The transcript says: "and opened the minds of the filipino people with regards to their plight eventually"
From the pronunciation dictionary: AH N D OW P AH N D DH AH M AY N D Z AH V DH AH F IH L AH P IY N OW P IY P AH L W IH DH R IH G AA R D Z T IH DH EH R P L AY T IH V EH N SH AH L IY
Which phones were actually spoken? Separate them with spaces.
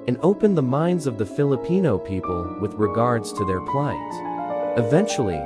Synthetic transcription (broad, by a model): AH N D OW P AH N DH AH M AY N D Z AH V DH AH F IH L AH P IY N OW P IY P AH L W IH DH R IH G AA R D Z T IH DH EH R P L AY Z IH V EH N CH L IY